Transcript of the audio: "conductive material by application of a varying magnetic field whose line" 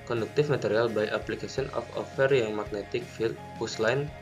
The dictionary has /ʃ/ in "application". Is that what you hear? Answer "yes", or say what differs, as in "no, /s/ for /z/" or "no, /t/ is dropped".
no, /s/ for /ʃ/